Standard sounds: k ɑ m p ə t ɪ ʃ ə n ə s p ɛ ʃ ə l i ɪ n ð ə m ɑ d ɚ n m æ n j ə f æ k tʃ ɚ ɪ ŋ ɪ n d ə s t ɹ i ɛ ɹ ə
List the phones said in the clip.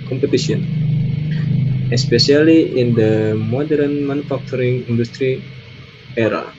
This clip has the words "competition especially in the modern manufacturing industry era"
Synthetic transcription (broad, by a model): k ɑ m p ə t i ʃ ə n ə s p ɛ s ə l i ɪ n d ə m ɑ d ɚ n m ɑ n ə f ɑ k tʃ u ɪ ŋ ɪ n d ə s t ɹ i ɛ ɹ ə